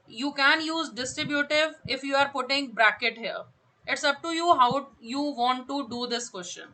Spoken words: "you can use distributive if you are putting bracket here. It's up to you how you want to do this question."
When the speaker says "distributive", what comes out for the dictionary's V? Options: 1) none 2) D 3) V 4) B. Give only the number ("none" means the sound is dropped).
3